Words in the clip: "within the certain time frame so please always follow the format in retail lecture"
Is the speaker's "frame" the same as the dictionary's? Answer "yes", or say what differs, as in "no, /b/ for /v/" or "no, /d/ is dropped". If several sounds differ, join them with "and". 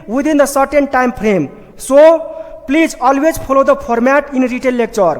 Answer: no, /p/ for /f/